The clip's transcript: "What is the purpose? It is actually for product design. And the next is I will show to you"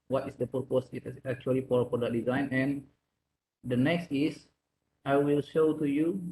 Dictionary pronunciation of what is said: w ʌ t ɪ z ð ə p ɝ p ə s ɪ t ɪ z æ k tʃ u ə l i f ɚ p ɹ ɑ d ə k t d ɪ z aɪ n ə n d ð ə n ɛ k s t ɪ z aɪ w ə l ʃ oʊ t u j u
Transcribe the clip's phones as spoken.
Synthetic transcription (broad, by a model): w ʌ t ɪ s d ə p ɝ p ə s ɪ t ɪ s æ k tʃ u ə l i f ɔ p ɑ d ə t d ɪ z aɪ n ə n d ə n ɛ k s t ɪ s aɪ w ə l ʃ oʊ t u j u